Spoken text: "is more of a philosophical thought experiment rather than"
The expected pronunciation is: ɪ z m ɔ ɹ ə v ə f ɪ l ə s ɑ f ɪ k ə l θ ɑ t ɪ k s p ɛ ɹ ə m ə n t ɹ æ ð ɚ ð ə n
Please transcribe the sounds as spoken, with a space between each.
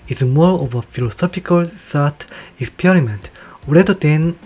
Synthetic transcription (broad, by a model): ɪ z m ɔ ɹ ə v ə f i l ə s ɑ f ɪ k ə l s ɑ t ɪ k s p ɛ ɹ ə m ə n t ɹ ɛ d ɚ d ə n